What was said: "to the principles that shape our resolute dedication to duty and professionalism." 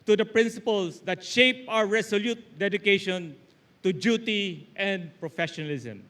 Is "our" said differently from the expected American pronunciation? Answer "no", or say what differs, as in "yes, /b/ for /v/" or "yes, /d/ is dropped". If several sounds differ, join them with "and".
yes, /w/ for /ɹ/